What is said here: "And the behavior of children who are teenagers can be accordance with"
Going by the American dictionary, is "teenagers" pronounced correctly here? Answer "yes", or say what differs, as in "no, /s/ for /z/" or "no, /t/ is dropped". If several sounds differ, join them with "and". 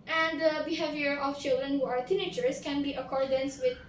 no, /tʃ/ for /dʒ/ and /s/ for /z/